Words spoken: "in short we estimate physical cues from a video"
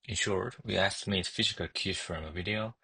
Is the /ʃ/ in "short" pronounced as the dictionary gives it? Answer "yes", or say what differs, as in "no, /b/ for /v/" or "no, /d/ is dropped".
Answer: yes